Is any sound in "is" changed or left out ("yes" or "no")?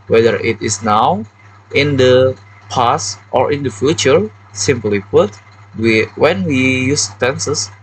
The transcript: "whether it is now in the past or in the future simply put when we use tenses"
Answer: yes